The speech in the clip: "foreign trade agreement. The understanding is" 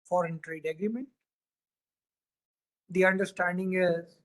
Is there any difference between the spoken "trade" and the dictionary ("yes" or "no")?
no